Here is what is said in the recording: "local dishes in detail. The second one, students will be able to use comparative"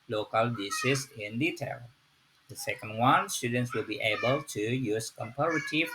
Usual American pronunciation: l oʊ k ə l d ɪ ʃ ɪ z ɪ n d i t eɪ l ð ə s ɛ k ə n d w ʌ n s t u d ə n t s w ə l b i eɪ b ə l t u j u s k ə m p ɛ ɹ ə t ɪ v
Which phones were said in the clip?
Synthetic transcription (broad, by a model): l oʊ k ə l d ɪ s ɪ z ɪ n d i t eɪ l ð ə s ɛ k ə n d w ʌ n s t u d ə n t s w ə l b i eɪ b ə l t u j u s k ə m p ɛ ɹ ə t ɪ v